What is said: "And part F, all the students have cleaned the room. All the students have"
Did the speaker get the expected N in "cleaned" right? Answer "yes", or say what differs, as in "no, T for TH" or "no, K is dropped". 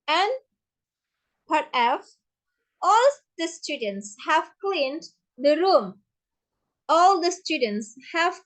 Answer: yes